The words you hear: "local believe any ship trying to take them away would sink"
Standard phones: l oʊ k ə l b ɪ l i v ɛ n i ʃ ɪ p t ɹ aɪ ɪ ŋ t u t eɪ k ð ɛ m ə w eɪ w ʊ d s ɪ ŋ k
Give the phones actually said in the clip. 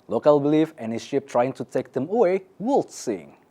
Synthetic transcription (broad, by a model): l oʊ k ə l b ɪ l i f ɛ n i ʃ ɪ p t ɹ aɪ ɪ ŋ t u t eɪ k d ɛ m ə w eɪ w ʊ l s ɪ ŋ